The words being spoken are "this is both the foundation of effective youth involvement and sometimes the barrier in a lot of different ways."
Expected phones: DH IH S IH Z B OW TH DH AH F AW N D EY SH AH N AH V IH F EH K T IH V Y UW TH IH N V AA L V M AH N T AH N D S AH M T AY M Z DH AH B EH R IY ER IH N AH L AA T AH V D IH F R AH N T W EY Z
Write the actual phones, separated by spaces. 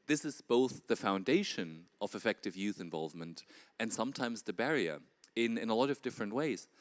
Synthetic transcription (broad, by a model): DH IH S IH Z B OW TH DH AH F AW N D EY SH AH N AH V IH F EH K T IH V Y UW TH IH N V AA L V M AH N T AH N S AH M T AY M Z DH AH B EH R IY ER IH N AH L AA T AH V D IH F R AH N T W EY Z